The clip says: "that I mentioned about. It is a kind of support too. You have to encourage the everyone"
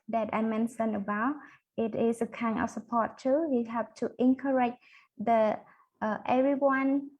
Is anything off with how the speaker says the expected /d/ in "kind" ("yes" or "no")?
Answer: yes